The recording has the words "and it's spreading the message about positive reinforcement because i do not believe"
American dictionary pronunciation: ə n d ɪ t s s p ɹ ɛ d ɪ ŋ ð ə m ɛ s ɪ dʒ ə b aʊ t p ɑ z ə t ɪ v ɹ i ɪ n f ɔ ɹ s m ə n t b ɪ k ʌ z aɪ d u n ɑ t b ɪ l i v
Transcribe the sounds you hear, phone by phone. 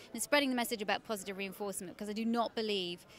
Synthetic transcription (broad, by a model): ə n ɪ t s s p ɹ ɛ d ɪ ŋ ð ə m ɛ s ɪ dʒ ə b aʊ t p ɑ z ə t ɪ v ɹ i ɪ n f ɔ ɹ s m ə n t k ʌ z aɪ d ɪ n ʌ t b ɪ l i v